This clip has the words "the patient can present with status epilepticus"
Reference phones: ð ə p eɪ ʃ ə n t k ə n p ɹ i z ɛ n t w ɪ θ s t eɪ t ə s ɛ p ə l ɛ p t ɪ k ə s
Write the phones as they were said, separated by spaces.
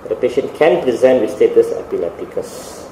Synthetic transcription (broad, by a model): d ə p eɪ ʃ ə n t k ə n p ɹ i z ɛ n t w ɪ s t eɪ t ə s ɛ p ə l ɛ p t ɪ k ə s